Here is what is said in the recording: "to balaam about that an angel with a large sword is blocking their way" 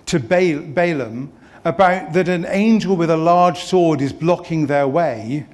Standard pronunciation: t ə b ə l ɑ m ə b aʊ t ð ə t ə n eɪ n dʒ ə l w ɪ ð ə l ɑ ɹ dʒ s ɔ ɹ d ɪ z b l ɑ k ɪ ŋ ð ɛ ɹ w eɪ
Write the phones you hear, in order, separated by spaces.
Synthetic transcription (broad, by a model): t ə b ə l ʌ m ə b aʊ t ð ə t ə n eɪ n dʒ ə l w ɪ ð ə l ɑ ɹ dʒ s ɔ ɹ d ɪ z b l ɑ k ɪ ŋ ð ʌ ɹ w eɪ